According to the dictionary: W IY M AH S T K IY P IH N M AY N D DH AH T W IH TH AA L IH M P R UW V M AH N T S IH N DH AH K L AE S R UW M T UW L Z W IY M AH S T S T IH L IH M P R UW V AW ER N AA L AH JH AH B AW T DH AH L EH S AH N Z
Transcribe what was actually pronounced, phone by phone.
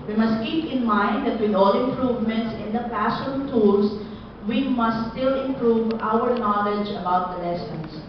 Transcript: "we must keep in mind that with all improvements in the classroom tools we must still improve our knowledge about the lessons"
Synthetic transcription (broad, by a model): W IY M AH S T K IY P IH N M AY N D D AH T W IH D AA L IH M P R UW V M AH N T S IH N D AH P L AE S AO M T UW L S W IY M AH S T S T IH L IH M P R UW V AW ER N AA L AH JH AH B AW T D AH L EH S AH N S